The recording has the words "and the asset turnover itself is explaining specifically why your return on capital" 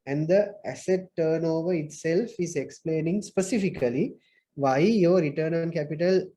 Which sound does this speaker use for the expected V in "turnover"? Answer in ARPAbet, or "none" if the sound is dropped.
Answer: V